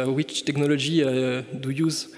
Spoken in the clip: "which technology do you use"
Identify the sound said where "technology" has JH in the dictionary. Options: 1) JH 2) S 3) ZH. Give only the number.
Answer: 3